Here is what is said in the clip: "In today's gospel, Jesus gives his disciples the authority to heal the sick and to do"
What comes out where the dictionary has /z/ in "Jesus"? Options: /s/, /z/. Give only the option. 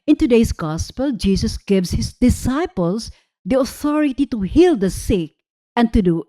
/s/